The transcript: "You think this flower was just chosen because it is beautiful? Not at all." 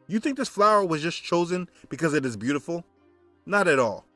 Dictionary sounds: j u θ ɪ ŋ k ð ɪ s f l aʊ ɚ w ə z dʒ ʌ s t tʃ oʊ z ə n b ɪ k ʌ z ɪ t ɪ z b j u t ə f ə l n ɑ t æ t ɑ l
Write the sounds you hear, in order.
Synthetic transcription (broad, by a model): j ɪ θ ɪ ŋ k ð ɪ s f l aʊ ɚ w ə z dʒ ʌ s tʃ oʊ z ə n b ɪ k ʌ z ɪ t ɪ z b j u t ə f l n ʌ t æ t ɑ l